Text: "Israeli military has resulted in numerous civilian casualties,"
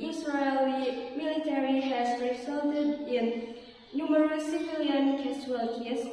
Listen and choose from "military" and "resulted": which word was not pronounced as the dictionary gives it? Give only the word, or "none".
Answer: resulted